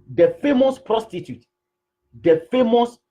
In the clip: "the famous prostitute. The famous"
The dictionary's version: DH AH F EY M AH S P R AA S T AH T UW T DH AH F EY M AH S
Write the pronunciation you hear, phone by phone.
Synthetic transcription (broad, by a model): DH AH F EY M AH S P R AA S T AH T UW T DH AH F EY M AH S